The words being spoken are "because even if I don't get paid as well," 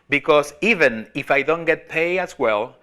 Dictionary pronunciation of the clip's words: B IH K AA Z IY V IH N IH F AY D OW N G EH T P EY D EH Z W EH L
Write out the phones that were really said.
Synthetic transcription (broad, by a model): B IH K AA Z IY V IH N IH F AY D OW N G EH T P EY EH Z W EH L